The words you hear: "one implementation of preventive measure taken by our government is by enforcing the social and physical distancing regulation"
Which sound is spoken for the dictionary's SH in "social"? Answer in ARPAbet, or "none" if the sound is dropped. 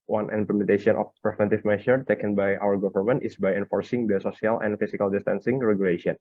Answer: S